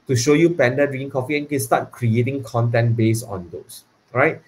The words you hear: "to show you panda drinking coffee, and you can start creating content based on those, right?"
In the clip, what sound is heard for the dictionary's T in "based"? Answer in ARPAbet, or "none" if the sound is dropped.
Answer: none